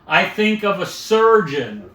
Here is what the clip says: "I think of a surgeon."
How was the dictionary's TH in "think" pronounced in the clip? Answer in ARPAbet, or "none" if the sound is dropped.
TH